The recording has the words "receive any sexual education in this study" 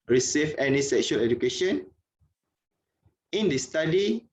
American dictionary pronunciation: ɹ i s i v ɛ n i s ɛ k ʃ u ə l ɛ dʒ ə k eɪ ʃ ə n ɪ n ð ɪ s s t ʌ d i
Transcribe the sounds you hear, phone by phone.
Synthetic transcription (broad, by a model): ɹ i s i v ɛ n i s ɛ k ʃ u ə l ɛ dʒ ə k eɪ ʃ ə n ɪ n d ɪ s s t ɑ d i